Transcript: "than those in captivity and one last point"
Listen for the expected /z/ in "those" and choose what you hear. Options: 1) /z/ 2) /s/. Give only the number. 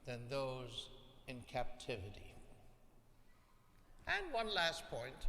1